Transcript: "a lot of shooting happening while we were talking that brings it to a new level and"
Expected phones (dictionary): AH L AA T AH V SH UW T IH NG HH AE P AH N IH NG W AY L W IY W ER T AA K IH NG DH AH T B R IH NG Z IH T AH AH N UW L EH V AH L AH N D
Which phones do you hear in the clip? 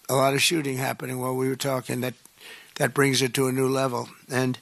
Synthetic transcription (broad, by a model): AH L AA T AH V SH UW T IH NG HH AE P AH N IH NG W AY L W IY W ER T AA K IH NG DH AH T B R IH NG Z IH T AH AH N UW L EH V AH L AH N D